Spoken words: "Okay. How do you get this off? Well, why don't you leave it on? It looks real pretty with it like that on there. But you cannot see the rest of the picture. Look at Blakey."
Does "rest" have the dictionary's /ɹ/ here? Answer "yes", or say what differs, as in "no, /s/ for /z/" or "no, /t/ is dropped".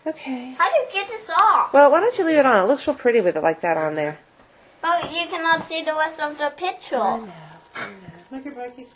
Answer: no, /w/ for /ɹ/